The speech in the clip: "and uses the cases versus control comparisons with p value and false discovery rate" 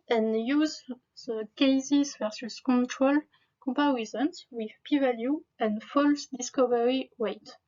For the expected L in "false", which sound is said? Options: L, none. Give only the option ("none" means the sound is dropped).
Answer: L